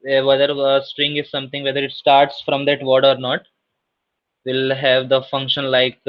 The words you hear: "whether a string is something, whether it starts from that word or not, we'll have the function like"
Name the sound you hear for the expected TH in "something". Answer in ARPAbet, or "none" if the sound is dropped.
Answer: T